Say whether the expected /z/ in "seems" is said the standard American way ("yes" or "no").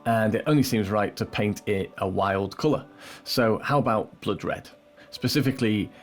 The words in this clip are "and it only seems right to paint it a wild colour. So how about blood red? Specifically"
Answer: yes